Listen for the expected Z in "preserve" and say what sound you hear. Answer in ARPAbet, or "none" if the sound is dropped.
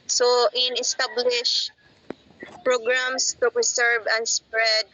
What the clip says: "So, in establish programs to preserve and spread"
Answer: S